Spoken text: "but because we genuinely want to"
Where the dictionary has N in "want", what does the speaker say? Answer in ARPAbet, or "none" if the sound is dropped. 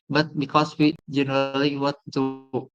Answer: none